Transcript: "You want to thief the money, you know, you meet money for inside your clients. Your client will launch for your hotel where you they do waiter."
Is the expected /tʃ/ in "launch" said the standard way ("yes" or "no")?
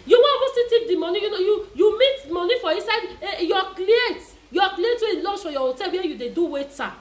no